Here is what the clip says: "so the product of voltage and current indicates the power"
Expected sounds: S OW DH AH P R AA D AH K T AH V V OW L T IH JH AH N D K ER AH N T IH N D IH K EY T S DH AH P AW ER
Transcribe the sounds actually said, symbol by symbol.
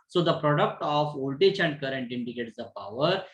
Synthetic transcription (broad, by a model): S OW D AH P R AA D AH K T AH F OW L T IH CH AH N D K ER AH N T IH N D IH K EY T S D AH P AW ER